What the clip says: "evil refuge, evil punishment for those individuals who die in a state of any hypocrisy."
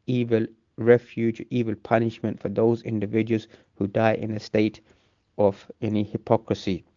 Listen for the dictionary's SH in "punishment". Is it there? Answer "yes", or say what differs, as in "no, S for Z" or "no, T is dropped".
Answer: yes